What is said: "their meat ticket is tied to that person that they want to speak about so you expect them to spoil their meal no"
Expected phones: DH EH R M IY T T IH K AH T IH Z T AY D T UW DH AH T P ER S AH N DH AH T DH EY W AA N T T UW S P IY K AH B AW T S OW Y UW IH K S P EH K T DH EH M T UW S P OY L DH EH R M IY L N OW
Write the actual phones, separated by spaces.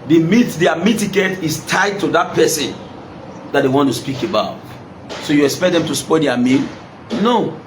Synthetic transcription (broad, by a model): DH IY M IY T T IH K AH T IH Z T AY D T UW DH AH T P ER S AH N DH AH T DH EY W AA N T T UW S P IY K AH B AW T S OW Y UW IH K S P EH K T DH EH M T UW S P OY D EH M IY N N OW